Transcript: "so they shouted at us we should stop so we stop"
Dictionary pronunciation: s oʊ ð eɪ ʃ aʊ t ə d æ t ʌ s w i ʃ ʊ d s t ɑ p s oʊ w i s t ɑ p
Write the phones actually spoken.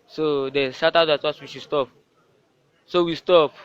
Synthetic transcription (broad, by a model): s oʊ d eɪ s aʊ t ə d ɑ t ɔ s w i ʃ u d s t ɑ p s oʊ w i s t ɑ p